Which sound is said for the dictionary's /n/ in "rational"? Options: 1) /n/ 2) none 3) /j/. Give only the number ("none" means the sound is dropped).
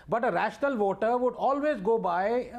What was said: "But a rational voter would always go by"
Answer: 1